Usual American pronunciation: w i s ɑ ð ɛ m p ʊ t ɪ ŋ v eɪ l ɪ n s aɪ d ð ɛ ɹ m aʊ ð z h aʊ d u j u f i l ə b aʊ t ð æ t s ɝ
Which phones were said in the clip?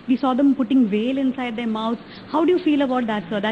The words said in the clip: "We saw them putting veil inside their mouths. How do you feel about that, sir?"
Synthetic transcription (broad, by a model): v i s ɑ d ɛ m p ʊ t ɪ ŋ v eɪ l ɪ n s aɪ d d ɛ ɹ m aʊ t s h aʊ d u j u f i l ə b aʊ t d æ t s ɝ